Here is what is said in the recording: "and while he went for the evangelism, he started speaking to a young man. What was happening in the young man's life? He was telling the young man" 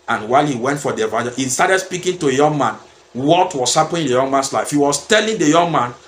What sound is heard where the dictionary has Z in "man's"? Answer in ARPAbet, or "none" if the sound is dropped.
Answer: S